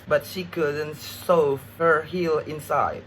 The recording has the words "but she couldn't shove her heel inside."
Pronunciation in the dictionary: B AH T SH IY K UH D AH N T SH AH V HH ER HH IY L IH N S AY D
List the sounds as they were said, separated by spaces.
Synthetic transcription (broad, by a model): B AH T SH IY K UH D AH N T S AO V HH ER HH IY L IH N S AY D